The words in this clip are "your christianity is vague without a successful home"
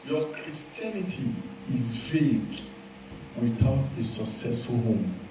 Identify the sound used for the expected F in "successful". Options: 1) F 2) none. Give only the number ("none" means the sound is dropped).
1